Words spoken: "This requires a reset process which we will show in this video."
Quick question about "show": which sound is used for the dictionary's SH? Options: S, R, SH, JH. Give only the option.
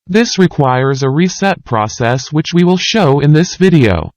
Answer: SH